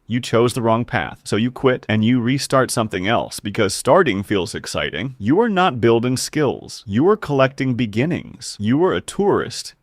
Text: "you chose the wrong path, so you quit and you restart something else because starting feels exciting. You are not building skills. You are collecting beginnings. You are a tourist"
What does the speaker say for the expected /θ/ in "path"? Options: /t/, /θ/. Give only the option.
/θ/